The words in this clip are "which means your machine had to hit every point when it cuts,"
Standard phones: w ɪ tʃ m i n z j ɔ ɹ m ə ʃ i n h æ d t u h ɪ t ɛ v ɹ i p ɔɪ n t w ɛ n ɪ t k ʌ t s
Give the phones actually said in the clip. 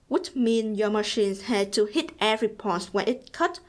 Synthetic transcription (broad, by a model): w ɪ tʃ m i n j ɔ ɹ m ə ʃ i n h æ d t u h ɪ t ɛ v ɹ i p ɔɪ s w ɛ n ɪ t k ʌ t